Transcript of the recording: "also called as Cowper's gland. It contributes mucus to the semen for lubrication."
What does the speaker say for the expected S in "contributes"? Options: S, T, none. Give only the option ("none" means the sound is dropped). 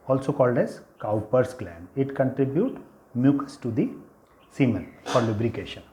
none